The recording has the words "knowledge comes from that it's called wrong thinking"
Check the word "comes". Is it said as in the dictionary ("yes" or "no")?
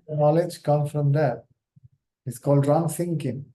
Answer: no